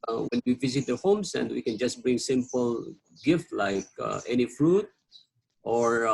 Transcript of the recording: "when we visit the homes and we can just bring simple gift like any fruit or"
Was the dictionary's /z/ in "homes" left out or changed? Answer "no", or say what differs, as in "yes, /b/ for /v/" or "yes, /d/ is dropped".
yes, /s/ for /z/